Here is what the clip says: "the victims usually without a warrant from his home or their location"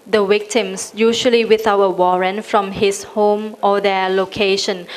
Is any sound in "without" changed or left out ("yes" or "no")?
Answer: yes